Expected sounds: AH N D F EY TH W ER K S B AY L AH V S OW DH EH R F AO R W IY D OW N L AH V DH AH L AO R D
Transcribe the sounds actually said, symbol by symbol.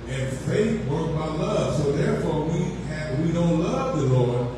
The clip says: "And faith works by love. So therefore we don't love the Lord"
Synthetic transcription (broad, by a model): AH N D F EY TH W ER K B AY L AH V S OW DH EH R F AO R W IY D OW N L AH V DH AH L AO R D